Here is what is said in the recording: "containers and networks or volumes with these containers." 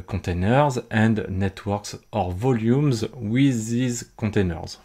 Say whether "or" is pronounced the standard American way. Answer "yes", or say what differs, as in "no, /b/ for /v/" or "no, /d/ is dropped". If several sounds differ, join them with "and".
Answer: yes